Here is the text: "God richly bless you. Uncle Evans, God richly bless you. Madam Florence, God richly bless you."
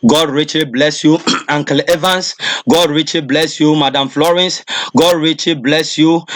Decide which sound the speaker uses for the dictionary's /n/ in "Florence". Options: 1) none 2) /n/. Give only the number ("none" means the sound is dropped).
2